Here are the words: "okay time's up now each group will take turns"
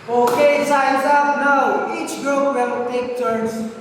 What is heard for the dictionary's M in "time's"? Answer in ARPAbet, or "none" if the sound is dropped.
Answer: none